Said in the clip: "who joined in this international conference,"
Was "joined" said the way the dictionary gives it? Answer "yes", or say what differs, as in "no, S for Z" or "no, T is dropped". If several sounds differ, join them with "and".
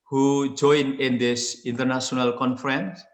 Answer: no, D is dropped